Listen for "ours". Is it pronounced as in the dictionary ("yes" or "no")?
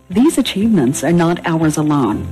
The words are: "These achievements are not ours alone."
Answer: yes